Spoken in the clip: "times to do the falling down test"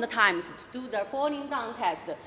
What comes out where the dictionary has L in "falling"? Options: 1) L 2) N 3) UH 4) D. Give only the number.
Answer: 2